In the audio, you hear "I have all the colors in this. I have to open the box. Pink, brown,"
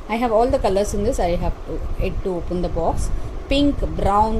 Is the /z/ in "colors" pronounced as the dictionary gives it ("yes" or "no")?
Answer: no